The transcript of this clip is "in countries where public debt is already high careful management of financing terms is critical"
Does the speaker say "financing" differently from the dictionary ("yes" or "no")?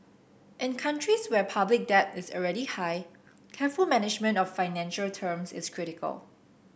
yes